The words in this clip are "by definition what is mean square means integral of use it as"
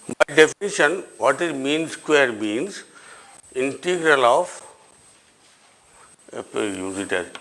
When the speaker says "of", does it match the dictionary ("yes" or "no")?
no